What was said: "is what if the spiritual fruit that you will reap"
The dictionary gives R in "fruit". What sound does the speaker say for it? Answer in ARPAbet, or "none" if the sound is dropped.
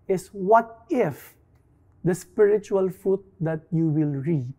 none